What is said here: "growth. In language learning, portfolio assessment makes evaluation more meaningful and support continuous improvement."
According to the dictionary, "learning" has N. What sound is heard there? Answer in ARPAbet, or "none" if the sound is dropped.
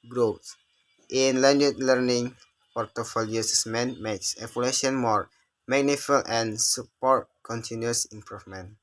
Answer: N